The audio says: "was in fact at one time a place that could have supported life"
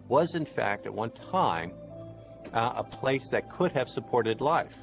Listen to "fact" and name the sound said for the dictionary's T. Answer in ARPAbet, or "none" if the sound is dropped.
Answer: T